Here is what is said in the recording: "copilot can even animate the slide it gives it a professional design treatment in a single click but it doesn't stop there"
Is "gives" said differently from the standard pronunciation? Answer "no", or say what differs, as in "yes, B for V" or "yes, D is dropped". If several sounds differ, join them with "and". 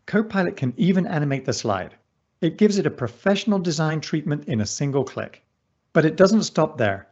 no